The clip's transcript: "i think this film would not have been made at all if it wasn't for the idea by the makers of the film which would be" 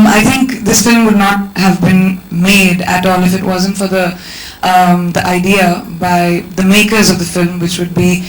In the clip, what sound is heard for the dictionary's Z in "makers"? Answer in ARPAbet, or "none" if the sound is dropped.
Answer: Z